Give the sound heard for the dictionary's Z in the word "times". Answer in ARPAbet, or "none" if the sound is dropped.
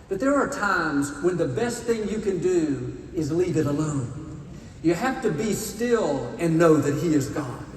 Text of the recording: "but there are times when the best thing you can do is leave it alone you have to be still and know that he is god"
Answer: Z